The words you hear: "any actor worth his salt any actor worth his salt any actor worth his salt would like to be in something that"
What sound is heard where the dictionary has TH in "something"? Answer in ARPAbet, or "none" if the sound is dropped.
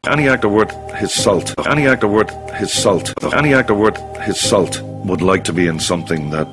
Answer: TH